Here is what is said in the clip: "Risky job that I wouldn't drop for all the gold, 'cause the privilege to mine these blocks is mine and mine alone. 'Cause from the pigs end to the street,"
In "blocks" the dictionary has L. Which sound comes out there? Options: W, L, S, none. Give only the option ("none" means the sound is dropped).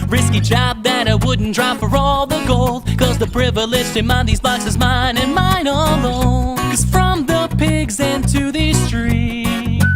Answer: none